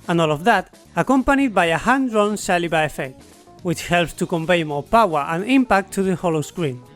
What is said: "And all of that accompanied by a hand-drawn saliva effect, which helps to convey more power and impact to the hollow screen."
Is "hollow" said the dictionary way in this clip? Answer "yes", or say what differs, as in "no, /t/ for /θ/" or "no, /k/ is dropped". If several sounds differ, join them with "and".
yes